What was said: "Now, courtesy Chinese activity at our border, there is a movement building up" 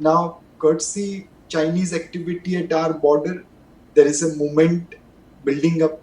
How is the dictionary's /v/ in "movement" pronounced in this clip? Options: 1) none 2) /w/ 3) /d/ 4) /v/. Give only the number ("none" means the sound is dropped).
1